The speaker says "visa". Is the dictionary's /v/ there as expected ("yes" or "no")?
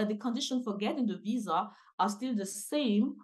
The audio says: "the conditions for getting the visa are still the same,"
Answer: yes